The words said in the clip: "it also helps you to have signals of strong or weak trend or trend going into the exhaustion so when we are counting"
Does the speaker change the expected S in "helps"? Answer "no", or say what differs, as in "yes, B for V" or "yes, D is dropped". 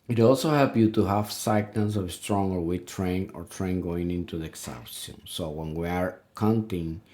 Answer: yes, S is dropped